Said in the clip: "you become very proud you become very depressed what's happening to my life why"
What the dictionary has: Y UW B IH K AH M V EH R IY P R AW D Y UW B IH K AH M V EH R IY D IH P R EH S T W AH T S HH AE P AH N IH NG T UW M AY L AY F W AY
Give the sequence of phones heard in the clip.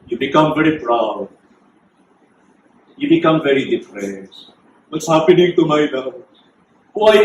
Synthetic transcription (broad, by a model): Y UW B IH K AH M V EH R IY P R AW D Y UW B IH K AH M V EH R IY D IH F R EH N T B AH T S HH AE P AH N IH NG T UW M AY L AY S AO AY